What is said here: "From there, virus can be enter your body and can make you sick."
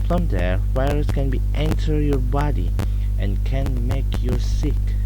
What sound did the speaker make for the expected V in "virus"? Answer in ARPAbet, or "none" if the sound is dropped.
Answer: W